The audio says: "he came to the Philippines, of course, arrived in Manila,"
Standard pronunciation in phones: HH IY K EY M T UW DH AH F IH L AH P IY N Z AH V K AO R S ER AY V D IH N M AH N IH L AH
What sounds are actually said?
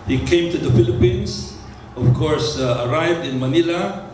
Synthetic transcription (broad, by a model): HH IY K EY M T UW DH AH F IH L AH P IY N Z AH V K AO R S ER AY V D IH N M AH N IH L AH